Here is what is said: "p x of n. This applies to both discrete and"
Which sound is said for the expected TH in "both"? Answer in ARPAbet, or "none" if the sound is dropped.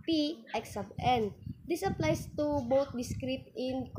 T